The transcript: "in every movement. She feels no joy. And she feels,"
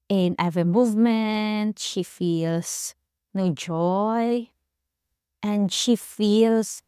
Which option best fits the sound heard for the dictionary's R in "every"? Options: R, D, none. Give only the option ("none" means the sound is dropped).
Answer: none